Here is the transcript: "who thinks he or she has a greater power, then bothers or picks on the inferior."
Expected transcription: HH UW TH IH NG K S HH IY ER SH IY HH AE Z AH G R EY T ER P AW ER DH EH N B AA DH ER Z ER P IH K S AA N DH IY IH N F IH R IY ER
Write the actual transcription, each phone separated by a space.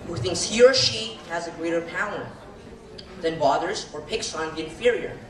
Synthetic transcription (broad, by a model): HH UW TH IH NG K S HH IY ER SH IY HH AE Z AH G R EY T ER P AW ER DH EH N B AA DH ER Z ER P IH K S N DH IY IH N F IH R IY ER